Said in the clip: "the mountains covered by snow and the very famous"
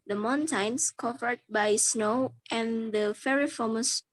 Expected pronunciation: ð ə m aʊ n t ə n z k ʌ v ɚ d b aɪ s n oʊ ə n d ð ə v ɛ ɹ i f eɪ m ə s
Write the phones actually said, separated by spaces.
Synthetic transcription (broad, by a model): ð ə m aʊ n t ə n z k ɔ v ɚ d b aɪ s n oʊ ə n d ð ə f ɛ ɹ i f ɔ m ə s